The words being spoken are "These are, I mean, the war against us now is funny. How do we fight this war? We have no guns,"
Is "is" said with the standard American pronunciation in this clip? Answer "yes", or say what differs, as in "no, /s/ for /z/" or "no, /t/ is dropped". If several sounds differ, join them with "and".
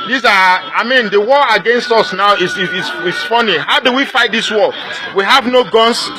no, /s/ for /z/